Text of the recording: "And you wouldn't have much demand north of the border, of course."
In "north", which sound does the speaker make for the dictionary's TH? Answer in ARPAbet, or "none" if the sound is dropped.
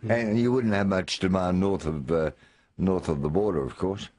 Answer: TH